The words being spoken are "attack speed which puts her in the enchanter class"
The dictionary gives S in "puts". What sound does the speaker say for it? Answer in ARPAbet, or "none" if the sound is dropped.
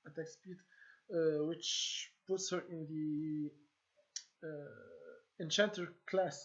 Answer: S